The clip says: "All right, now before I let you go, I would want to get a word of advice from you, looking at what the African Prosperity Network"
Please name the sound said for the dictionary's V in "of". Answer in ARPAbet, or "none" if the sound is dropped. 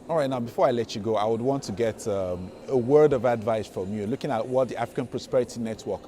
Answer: V